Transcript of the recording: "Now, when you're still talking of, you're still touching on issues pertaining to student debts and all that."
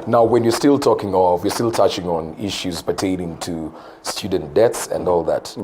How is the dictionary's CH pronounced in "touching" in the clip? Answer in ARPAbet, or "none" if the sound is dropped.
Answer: CH